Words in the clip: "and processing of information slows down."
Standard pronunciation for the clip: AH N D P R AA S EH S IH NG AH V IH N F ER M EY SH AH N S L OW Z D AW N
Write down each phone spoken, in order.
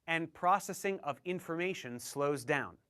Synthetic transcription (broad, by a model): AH N P R AA S EH S IH NG AH V IH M F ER M EY SH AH N S L OW Z D AW N